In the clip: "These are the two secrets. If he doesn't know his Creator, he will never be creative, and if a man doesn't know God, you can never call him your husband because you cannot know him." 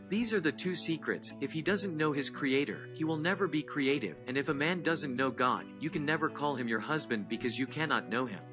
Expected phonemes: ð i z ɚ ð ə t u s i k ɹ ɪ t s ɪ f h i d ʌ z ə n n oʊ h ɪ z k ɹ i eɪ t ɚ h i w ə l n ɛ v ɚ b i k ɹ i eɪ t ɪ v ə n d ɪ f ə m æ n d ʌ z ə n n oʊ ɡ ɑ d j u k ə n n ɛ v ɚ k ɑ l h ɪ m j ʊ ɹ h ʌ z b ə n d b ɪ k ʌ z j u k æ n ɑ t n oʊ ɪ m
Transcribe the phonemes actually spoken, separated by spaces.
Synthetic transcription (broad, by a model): ð i z ɚ ð ə t u s i k ɹ ɪ t s ɪ f h i d ʌ z ə n n oʊ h ɪ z k ɹ i eɪ t ɚ h i w ə l n ɛ v ɚ b i k ɹ i eɪ t ɪ v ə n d ɪ f ə m æ n d ʌ z ə n n oʊ ɡ ɑ d j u k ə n n ɛ v ɚ k ɑ l h ɪ m j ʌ ɹ h ʌ z b ə n d b ɪ k ʌ z j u k æ n ɑ t n oʊ ɪ m